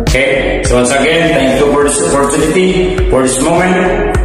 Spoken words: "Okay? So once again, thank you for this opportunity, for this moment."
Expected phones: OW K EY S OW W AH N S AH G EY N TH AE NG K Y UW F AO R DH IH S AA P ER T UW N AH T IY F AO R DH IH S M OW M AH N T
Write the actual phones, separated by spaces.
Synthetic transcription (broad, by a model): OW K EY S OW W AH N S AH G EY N T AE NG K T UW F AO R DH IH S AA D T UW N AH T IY F AO R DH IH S M OW M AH N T